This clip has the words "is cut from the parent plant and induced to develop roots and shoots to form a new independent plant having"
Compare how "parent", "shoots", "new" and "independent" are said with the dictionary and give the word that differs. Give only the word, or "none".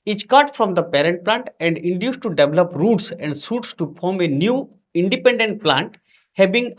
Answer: shoots